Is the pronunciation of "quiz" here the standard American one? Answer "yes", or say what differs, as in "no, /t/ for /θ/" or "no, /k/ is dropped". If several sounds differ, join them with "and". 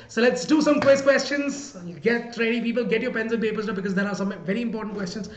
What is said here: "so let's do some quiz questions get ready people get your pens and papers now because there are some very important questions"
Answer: no, /s/ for /z/